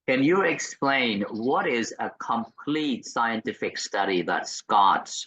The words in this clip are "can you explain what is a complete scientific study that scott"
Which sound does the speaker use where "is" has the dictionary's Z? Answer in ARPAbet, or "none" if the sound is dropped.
Z